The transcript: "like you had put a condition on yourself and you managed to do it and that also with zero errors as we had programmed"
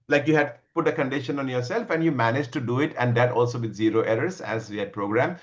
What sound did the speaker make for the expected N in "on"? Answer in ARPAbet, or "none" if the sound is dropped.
N